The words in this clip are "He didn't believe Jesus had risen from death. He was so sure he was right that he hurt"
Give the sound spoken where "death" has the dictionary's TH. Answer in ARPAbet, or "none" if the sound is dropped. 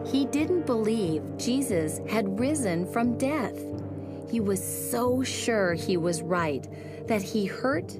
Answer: TH